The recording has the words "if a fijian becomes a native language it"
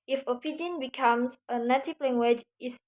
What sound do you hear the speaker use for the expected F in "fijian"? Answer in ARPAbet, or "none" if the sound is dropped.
P